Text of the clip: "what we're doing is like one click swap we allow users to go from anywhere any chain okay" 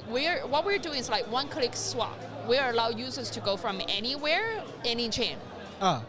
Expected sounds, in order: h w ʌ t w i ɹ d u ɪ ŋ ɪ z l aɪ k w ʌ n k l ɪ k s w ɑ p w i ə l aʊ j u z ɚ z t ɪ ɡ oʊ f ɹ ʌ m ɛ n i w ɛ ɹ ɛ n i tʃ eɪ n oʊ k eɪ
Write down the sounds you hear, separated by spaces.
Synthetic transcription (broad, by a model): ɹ w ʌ t w i ɹ d u ɪ ŋ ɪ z l aɪ k w ʌ n k l ɪ k s w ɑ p w i ə l aʊ j u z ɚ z t ɪ ɡ oʊ f ɹ ʌ m ɛ n i w ɛ ɹ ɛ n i tʃ eɪ n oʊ